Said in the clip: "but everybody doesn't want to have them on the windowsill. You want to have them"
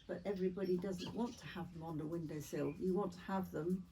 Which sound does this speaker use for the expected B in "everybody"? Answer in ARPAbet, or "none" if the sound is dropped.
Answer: B